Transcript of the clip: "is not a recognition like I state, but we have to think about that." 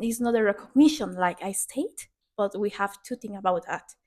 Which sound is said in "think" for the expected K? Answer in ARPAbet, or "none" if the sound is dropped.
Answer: none